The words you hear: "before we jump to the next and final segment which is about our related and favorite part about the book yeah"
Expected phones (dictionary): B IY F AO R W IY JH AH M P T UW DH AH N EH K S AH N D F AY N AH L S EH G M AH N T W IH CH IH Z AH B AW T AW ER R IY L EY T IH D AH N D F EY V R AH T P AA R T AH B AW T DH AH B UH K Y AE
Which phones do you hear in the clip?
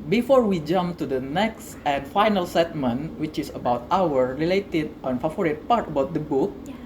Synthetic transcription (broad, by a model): B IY F AO R W IY JH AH M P T UW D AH N EH K S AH N F AY N AH L S EH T M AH N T W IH CH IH S AH B AW T AW ER R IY L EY T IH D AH N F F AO R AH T P AA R T AH B AW T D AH B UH K